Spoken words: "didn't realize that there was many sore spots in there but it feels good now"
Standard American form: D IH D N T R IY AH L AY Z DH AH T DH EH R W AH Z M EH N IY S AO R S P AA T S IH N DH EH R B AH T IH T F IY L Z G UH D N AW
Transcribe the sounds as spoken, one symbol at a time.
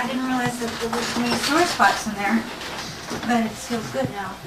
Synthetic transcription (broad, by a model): D IH D N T R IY L AY Z DH AH T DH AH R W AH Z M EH IY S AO R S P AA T S IH N DH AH R B AH T IH T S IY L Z G UH D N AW